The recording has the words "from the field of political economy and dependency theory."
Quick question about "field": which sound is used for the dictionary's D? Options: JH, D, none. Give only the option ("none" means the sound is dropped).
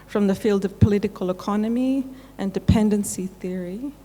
D